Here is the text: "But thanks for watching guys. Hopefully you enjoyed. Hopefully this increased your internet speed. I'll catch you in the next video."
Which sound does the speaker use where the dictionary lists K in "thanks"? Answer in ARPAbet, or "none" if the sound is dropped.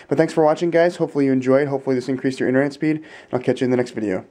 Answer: none